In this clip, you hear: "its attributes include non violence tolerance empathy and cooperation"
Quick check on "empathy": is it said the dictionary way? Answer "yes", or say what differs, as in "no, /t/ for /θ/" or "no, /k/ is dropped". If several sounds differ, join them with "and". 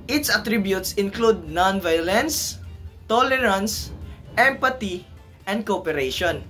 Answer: no, /t/ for /θ/